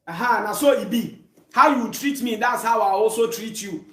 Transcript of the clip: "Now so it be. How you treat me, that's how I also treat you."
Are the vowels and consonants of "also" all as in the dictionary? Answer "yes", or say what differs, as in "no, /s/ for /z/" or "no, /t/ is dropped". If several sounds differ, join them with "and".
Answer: no, /l/ is dropped